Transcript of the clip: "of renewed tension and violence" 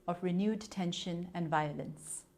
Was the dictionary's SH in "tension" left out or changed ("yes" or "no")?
no